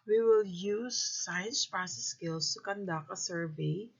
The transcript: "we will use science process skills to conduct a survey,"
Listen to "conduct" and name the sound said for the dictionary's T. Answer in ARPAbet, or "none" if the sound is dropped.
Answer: none